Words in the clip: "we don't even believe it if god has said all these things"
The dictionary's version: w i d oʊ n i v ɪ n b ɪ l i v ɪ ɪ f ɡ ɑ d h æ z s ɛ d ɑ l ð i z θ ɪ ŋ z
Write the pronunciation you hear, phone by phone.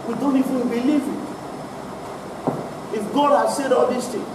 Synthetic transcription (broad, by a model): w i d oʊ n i f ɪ b ɪ l i v ɪ ɪ f ɡ ɑ d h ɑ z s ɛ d ɑ l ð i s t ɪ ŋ